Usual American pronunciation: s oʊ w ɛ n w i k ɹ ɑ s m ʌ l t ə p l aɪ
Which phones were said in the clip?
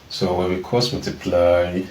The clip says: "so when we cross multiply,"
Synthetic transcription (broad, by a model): s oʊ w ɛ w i k ɑ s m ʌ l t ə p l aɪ